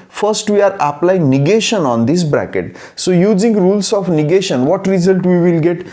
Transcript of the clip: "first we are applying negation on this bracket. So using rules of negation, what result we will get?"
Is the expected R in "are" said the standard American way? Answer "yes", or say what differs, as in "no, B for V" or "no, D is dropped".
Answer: yes